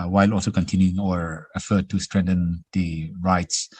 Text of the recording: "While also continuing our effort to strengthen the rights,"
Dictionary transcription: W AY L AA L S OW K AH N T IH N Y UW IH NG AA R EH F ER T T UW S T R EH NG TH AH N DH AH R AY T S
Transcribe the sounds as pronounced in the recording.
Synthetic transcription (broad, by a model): W AY L AA L S OW K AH N T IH N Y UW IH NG AA R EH F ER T T UW S T R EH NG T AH N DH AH R AY T S